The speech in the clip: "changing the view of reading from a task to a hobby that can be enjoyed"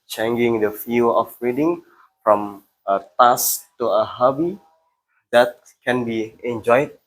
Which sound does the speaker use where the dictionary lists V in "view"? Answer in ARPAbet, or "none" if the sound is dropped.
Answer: F